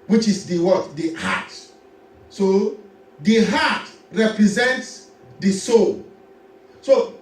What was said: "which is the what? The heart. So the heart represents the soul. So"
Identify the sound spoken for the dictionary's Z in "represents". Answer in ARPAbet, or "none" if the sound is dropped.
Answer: Z